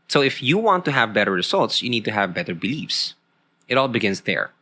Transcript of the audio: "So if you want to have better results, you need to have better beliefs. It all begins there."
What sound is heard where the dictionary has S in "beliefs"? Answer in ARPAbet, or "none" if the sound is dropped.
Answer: S